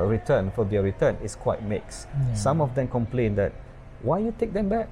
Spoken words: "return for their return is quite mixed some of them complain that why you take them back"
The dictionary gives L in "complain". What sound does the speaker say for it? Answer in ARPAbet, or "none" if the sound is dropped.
L